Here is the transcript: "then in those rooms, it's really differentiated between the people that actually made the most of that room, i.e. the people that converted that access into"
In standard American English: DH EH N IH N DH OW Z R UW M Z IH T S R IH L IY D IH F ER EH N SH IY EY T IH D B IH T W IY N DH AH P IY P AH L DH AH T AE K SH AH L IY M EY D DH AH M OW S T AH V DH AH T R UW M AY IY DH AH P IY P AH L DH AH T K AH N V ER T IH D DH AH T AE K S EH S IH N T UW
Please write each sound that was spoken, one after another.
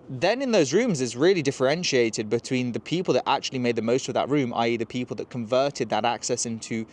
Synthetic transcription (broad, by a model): DH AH N IH N DH OW Z R UW M Z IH T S R IH L IY D IH F ER EH N SH IY EY T IH D B IH T W IY N DH AH P IY P AH L DH AH T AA K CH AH L IY M EY D DH AH M OW S T AH V DH AH T R UW M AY IY DH AH P IY P AH L DH AH T K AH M V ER T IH D DH AH T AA K S EH S IH N T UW